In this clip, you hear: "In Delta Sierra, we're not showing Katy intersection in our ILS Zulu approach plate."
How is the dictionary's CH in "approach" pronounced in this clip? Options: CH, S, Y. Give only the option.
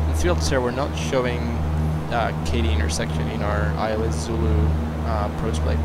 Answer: S